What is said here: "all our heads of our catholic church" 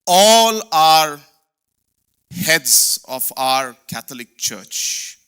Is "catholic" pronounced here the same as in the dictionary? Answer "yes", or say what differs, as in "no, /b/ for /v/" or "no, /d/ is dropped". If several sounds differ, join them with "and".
no, /t/ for /θ/